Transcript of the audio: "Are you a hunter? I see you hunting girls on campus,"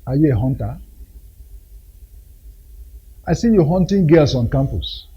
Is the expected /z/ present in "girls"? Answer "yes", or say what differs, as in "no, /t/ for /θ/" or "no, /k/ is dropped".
no, /s/ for /z/